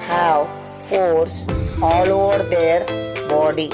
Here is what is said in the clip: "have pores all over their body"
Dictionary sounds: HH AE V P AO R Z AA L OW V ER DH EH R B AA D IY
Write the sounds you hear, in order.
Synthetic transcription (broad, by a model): HH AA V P AO R S AA L OW V ER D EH R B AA D IY